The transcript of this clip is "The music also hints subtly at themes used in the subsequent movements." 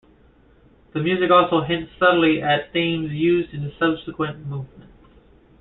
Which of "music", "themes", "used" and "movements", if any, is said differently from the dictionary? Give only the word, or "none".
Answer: movements